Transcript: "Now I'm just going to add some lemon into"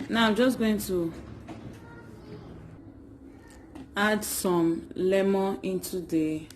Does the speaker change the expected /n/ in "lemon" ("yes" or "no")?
yes